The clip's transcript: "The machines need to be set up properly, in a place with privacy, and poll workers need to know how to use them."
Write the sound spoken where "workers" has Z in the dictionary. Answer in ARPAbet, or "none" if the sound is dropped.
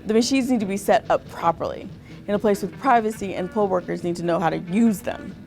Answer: Z